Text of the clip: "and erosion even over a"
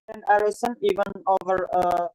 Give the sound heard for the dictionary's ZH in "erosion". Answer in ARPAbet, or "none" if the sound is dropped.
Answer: S